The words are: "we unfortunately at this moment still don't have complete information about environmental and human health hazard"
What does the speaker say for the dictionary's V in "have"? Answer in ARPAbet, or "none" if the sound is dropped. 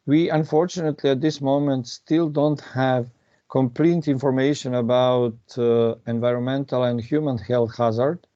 V